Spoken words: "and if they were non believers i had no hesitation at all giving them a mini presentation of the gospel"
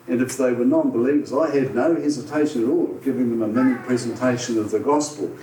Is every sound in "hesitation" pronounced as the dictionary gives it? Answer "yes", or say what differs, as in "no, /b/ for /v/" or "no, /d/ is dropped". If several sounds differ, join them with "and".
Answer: yes